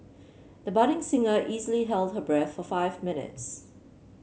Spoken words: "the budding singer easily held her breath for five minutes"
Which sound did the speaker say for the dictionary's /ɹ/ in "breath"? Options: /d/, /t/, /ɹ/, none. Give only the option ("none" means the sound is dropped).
/ɹ/